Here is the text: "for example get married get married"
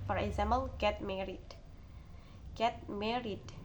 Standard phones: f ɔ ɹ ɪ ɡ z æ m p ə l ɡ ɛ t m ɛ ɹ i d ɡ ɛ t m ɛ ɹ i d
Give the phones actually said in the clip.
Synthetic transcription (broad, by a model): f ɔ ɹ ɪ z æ m b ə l ɡ ɛ t m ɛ ɹ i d ɡ ɛ t m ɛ ɹ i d